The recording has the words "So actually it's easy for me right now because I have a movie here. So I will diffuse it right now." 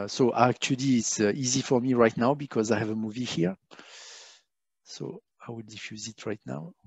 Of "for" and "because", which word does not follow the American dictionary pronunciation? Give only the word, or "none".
none